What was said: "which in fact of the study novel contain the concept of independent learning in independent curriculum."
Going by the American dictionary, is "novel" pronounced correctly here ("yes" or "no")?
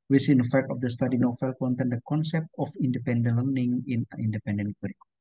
no